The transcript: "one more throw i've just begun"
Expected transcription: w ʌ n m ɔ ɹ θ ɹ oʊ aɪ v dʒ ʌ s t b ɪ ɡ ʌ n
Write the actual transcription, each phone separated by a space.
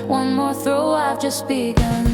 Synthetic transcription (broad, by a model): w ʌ n m ɔ ɹ θ ɹ oʊ aɪ v dʒ ʌ s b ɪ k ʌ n